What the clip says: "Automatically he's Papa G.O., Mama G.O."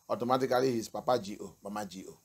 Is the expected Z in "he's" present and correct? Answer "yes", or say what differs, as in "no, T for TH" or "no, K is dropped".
no, S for Z